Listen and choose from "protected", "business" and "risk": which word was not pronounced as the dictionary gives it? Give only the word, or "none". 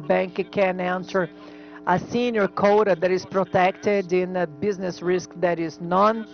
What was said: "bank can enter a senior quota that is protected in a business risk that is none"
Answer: none